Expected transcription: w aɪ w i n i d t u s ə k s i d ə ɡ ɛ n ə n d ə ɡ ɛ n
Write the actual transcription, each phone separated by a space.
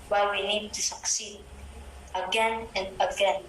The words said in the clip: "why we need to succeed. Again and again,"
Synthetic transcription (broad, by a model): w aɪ w i n i d t u s ə k s i d ə ɡ ɛ n ə n d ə ɡ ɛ n